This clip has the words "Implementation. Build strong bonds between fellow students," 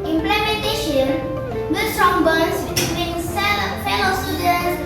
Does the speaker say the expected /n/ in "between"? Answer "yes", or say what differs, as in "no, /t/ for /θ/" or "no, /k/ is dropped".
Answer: no, /l/ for /n/